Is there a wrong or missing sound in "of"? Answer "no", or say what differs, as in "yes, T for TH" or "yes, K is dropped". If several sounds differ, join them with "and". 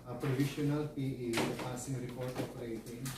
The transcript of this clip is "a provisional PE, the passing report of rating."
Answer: yes, P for V